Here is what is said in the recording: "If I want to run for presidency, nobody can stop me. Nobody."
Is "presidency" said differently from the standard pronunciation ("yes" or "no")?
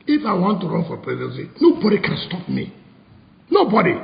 yes